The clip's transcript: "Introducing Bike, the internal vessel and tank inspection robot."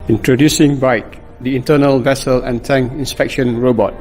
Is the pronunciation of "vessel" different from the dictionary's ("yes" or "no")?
no